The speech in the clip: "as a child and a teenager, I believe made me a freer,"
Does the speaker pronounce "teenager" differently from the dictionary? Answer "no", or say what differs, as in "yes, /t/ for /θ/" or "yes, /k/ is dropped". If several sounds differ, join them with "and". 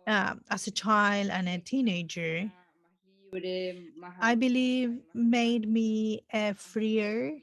no